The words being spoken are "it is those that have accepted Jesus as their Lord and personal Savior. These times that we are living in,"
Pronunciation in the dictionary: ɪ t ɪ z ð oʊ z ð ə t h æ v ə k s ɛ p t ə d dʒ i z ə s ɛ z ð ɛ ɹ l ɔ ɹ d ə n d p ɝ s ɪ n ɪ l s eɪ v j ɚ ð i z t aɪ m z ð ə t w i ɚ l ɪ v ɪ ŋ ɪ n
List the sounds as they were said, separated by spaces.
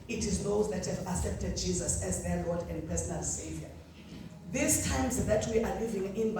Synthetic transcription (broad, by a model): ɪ t ɪ z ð oʊ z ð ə t h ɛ v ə s ɛ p t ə d dʒ i z ə s ɛ z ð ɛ l ɔ d ə n d p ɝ s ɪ n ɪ l s eɪ v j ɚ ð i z t aɪ m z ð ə t w i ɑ l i v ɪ ŋ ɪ n